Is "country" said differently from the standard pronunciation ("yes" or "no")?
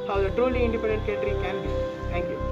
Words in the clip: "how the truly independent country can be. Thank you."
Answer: yes